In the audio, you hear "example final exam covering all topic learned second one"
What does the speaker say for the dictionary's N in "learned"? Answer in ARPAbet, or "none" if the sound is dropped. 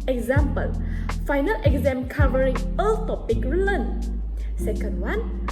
L